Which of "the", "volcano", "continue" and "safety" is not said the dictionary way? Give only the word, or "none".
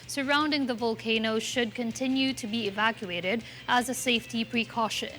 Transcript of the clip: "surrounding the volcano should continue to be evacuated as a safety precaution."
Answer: none